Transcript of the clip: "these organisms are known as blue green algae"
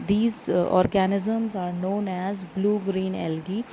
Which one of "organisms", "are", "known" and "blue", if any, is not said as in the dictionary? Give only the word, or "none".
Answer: none